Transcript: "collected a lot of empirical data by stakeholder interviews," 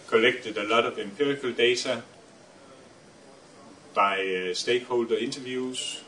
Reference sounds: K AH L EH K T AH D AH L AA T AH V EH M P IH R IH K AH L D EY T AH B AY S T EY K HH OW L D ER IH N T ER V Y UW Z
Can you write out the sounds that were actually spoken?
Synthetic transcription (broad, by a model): K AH L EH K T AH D AH L AA T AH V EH M P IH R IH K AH L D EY S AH B AY S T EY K HH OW L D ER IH N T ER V Y UW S